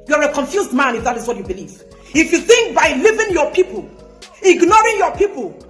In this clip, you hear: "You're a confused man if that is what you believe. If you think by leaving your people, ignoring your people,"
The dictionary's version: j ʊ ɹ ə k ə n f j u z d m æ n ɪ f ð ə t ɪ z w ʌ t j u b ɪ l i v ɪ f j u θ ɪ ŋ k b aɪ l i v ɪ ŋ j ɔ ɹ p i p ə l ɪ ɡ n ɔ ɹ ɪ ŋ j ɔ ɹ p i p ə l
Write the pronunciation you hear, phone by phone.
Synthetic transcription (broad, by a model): j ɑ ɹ ə k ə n f j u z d m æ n ɪ f ð ə t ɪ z w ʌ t j u b ɪ l i v ɪ f j u θ ɪ ŋ k b aɪ l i v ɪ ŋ j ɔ p i p ə l ɪ ɡ n ɔ ɹ ɪ ŋ j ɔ p i p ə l